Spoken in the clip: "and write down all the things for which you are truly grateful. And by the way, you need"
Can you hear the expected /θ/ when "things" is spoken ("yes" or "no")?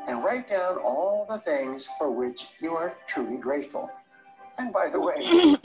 yes